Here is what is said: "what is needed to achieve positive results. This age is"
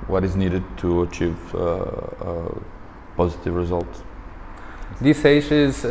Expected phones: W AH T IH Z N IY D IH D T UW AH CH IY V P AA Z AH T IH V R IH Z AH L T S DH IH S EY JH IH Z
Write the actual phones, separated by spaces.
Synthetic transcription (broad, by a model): W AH T IH Z N IY D IH D T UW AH CH IY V P AA Z AH T IH V R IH Z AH L T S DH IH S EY SH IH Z